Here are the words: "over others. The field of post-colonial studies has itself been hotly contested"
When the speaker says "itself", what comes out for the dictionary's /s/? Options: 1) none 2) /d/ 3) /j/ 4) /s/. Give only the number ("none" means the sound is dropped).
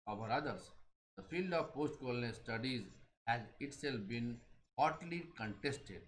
4